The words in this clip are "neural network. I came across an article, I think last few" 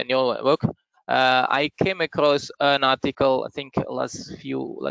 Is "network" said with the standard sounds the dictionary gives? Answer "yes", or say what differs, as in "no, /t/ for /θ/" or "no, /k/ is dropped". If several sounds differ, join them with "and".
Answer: no, /k/ is dropped